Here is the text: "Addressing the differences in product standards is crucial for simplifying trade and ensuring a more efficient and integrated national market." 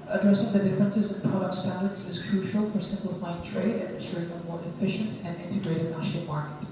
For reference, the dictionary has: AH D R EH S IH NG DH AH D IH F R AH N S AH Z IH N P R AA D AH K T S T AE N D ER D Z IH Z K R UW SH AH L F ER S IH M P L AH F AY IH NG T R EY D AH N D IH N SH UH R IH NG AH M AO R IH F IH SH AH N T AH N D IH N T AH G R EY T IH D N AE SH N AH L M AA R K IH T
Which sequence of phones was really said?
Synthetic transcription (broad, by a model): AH D R EH S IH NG DH AH D IH F R AH N S AH Z IH N P R AA D AH K T S T AE N D ER D Z IH Z K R UW SH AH L F ER S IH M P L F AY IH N T R EY D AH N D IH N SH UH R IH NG AH M AO R IH F IH SH AH N T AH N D IH N T AH G R EY T IH D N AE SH AH M AA R K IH T